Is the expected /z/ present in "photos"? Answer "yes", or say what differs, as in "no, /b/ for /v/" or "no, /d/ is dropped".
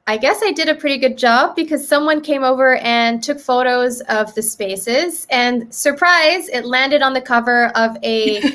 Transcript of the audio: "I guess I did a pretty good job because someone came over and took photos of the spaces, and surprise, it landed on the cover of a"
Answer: yes